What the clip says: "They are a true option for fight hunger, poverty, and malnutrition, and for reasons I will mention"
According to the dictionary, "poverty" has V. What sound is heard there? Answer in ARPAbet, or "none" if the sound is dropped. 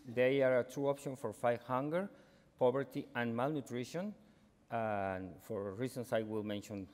B